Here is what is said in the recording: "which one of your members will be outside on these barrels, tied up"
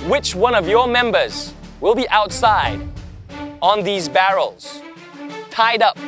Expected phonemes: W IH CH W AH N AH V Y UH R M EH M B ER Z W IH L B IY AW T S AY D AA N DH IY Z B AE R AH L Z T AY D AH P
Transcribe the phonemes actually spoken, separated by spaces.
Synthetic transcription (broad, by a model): W IH CH W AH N AH V Y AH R M EH M B ER Z W IH L B IY AW T S AY D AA N DH IY Z B AE R AH L Z T AY D AH P